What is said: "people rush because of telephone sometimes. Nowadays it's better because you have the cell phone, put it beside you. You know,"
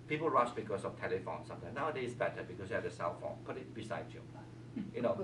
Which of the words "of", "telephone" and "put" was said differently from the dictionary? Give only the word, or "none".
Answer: of